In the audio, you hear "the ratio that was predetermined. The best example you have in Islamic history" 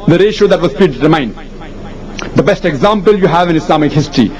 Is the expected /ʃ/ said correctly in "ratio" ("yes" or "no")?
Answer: yes